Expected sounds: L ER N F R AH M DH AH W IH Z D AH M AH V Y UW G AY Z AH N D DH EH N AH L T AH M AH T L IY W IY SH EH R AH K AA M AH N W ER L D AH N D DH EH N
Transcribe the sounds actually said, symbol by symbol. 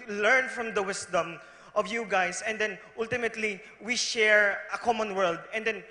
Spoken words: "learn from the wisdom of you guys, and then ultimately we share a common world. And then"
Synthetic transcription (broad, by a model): L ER N F R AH M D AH W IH S D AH M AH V Y UW G AY S AH N D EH N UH L T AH M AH T L IY W IY SH EH R AH K AA M AH N W ER L D AH N D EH N